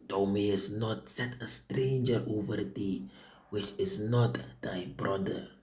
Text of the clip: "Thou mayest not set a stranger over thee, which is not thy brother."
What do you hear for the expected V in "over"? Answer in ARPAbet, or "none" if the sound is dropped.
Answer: V